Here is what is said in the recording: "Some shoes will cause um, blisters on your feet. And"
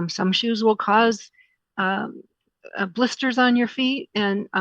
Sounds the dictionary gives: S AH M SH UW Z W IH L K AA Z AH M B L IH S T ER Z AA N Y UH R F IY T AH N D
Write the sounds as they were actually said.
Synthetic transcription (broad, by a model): S AH M SH UW Z W IH L K AA Z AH B L IH S T ER Z N Y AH R F IY T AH N